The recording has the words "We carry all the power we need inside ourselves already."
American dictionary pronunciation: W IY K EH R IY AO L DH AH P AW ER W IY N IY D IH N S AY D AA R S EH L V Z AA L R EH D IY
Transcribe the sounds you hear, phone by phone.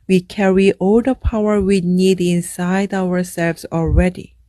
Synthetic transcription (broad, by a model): W IY K EH R IY AO L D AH P AW ER W IY N IY D IH N S AY D AA R S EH L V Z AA L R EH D IY